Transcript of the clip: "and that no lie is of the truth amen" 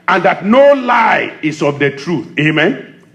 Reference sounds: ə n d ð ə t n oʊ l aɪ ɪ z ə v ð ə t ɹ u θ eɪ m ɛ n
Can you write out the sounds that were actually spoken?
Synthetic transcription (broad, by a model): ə n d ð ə t n oʊ l aɪ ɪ s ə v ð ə t ɹ u θ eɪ m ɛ n